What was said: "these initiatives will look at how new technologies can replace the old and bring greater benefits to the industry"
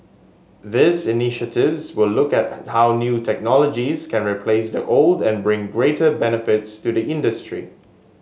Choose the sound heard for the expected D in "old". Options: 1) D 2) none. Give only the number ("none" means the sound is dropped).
1